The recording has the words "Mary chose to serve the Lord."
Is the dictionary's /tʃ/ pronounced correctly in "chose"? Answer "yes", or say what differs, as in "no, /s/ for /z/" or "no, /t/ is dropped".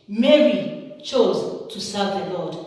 yes